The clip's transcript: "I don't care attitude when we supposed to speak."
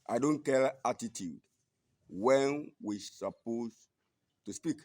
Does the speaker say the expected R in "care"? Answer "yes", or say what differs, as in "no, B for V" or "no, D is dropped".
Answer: no, L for R